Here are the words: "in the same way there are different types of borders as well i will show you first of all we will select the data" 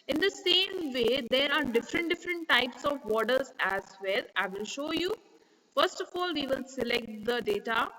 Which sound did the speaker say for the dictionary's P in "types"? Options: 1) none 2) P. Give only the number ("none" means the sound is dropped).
2